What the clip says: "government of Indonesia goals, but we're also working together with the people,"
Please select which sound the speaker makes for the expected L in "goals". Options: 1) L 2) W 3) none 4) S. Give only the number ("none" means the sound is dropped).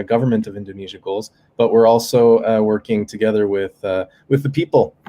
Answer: 1